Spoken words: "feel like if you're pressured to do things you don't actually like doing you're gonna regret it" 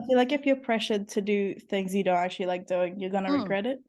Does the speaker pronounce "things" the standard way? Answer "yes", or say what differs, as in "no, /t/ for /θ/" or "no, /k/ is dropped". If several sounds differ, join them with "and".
yes